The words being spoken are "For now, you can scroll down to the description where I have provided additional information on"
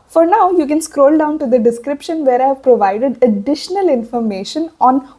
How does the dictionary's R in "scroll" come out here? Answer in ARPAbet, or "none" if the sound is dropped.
R